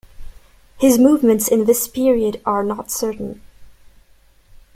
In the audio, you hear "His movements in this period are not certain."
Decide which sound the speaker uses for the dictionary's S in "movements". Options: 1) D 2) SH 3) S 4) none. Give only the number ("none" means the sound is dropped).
3